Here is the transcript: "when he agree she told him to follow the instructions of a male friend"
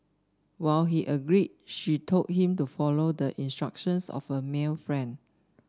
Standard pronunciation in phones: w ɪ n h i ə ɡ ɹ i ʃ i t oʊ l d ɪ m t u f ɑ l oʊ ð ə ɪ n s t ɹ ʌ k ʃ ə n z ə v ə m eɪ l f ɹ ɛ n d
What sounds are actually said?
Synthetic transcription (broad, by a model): w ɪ l h i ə ɡ ɹ i ʃ i t oʊ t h ɪ m t u f ɑ l oʊ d ə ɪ n s t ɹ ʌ k ʃ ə n s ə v ə m eɪ l f ɹ ɛ n d